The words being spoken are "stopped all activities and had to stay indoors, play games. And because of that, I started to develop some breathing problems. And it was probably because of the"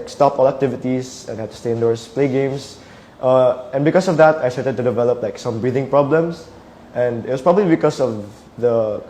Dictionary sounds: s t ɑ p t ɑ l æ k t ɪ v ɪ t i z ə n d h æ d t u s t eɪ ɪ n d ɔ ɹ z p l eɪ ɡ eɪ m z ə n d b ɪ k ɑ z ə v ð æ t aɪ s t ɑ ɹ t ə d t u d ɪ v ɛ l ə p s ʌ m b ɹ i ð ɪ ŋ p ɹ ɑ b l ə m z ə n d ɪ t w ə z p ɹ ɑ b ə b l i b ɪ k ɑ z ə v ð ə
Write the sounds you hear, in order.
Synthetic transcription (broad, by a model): s t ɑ p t ɑ l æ k t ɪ v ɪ t i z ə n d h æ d t u s t eɪ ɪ n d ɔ ɹ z p l eɪ ɡ eɪ m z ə n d b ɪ k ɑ s ə v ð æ t aɪ s t ɑ ɹ t ə d t u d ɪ v ɛ l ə p s ʌ m b ɹ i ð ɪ ŋ p ɹ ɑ b l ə m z ə n d ɪ t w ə s p ɹ ɑ b ə b l i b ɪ k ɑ s ə v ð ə